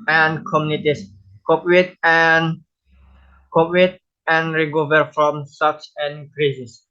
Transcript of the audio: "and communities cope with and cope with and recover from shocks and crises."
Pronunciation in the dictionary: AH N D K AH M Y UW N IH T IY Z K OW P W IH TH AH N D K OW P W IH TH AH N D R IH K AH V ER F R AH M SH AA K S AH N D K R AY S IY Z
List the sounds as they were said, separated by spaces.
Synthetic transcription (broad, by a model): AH N K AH M Y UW N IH T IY S K OW P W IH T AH N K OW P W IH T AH N R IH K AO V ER F R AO M S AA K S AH N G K R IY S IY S